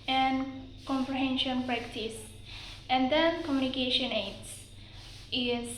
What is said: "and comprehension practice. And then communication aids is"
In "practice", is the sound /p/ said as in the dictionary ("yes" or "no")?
yes